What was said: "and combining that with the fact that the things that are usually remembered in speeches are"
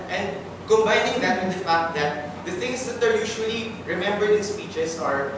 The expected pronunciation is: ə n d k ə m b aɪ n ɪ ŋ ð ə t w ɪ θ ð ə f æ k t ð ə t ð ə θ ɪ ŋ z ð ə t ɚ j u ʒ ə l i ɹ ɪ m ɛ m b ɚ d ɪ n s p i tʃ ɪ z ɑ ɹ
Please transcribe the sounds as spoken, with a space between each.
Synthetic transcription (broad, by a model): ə n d k ə m b aɪ n ɪ ŋ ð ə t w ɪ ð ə f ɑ k t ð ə t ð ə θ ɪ ŋ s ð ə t ɚ j u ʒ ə l i ɹ ɪ m ɛ m b ɚ d ɪ n s p i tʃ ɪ s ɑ ɹ